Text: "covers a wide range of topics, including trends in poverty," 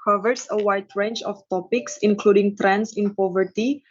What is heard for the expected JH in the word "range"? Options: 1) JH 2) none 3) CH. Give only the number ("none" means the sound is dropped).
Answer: 3